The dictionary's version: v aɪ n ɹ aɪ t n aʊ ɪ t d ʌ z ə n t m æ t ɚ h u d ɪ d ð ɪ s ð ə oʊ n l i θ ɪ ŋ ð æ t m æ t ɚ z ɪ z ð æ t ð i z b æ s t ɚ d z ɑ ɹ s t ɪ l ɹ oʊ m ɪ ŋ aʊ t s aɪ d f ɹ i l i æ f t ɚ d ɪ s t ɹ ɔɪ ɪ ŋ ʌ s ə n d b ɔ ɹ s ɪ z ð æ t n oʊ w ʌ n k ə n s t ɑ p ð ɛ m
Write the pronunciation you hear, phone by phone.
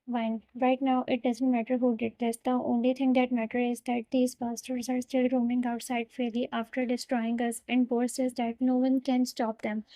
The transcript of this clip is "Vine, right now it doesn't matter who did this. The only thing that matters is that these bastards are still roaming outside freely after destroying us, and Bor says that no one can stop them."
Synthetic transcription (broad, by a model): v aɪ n ɹ aɪ t n aʊ ɪ t d ʌ z ə n t m æ t ɚ h u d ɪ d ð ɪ s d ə oʊ n l i t ɪ ŋ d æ t m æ t ɚ ɪ z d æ t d i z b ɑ s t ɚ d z ɑ ɹ s t ɪ l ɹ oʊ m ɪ ŋ aʊ t s aɪ d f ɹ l i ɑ f t ɚ d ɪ s t ɹ ɔɪ ɪ ŋ ʌ s ə n d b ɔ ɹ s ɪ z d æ t n oʊ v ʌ n k ə n s t ɑ p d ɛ m